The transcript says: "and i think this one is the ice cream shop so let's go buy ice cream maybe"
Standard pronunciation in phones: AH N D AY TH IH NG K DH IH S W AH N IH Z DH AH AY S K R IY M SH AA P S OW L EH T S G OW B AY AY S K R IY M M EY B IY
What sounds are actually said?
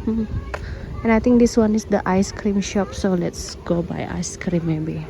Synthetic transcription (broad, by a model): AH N AY T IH NG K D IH S W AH N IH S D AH AY S K R IY M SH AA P S OW L EH T S G OW B AY AY S K R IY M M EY B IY